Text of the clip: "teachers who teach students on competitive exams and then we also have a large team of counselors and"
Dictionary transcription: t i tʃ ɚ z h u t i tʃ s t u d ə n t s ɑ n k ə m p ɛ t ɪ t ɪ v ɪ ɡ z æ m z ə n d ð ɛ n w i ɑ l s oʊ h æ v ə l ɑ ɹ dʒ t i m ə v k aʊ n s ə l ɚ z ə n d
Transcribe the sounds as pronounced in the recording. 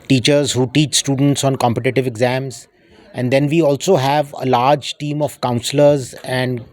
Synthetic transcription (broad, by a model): t i tʃ ɚ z h u t i tʃ s t u d ə n t s ɑ n k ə m p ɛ t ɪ t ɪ v ɪ ɡ z æ m z ə n d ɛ n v i ɑ l s oʊ h æ v ə l ɑ ɹ dʒ t i m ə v k aʊ n s ə l ɚ z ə n d